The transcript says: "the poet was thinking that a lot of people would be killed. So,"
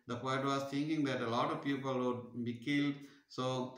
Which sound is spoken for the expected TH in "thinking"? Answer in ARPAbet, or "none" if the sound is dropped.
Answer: T